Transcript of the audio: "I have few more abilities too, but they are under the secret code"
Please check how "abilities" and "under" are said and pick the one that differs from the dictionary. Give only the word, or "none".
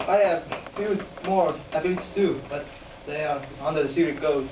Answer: abilities